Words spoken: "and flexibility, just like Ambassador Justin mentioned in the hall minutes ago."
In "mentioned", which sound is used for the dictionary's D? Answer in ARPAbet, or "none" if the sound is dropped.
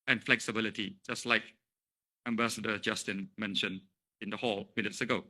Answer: none